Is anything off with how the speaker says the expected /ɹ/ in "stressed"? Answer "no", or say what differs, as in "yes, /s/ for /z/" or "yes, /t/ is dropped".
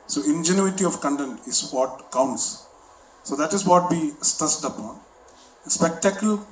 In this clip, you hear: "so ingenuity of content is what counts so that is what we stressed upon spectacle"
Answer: yes, /ɹ/ is dropped